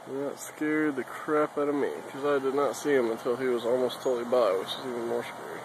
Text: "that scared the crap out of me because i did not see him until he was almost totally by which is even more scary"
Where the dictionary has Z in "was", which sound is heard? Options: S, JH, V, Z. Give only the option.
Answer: Z